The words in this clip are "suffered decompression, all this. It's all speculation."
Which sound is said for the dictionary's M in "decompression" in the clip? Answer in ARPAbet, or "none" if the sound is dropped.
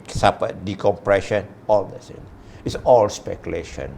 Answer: M